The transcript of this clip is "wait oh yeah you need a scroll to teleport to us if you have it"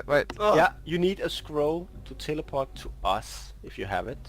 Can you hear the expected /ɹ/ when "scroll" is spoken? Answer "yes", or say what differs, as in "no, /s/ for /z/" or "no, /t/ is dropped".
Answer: yes